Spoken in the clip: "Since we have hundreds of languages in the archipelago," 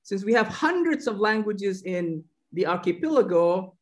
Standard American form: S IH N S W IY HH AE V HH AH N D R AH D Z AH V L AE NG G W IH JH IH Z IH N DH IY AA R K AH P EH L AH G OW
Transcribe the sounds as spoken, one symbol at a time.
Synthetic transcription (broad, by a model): S IH N S W IY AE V HH AH N D R AH D Z AH V L AE NG G W IH JH IH Z IH N DH IY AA R K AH P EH L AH G OW